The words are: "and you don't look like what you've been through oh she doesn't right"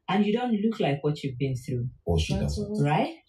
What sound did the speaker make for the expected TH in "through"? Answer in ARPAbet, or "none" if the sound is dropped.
TH